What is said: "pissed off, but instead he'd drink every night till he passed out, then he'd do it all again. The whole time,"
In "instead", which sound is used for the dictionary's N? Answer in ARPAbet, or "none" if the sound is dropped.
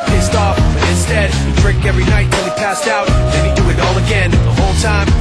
N